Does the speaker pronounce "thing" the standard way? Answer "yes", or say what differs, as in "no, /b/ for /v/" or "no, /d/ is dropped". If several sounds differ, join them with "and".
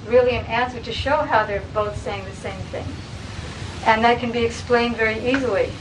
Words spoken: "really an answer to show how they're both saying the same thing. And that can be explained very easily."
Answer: yes